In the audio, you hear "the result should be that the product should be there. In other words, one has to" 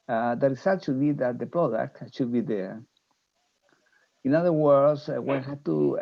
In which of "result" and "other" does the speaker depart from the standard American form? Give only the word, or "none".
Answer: result